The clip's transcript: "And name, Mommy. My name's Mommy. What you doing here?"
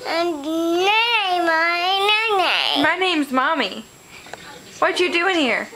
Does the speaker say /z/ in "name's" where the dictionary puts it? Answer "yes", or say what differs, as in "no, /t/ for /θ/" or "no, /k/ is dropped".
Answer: yes